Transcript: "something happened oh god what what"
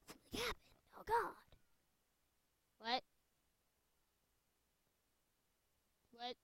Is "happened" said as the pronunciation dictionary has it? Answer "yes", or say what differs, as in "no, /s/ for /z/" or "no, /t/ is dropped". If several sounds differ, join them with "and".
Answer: no, /d/ is dropped